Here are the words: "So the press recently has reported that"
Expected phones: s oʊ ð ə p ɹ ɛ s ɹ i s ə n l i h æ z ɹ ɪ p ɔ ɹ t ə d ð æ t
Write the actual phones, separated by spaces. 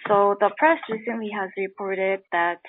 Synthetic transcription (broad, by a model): s oʊ ð ə p ɹ ɛ s ɹ i s ə n l i h æ z ɹ ɪ p ɔ ɹ t ə d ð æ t